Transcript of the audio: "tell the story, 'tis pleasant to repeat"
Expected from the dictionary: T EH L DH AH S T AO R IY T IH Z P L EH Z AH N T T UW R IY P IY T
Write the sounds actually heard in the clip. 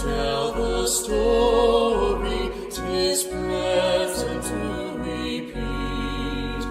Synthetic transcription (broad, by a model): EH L DH AH S T AO R IY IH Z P EH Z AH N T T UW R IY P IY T